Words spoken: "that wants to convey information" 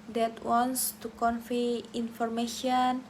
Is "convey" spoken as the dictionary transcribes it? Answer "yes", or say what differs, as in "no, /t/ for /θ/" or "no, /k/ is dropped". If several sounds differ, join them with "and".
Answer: no, /f/ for /v/